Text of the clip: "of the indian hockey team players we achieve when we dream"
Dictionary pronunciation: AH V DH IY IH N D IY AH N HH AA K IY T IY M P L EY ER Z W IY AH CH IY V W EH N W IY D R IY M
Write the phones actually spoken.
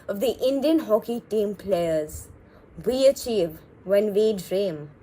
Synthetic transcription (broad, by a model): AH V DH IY IH N D IY AH N HH AA K IY T IY M P L EY ER Z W IY AH CH IY V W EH N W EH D R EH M